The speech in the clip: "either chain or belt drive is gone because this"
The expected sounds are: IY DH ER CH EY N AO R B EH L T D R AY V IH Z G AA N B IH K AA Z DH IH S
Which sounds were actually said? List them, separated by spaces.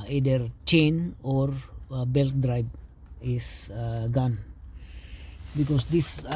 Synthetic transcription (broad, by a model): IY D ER CH EY N AO R B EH L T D R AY B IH S G AA N B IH K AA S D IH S